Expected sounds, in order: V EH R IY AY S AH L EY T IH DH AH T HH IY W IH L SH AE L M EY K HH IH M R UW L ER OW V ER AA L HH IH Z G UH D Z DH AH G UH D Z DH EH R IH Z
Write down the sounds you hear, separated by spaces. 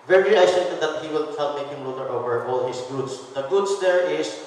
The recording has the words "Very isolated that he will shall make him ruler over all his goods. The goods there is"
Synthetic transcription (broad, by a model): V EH R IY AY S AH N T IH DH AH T HH IY W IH L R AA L M EY K HH IH M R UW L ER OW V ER AA L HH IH S G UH D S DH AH G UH D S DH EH R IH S